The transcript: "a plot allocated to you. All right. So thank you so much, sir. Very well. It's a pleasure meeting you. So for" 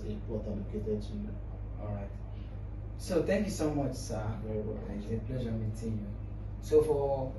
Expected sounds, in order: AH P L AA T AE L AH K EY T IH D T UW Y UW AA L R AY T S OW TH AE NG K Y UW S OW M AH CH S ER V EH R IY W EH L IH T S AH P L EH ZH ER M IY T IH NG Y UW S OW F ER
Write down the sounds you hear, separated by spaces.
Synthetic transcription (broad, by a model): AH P W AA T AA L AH K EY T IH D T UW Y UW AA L R AY T S OW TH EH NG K Y UW S OW M AH CH S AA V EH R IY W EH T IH AH P L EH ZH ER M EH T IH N Y UW S OW F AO